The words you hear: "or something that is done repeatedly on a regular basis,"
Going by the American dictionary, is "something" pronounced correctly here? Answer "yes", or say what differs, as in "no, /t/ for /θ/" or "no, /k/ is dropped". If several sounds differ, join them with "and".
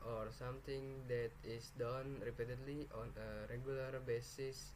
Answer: no, /t/ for /θ/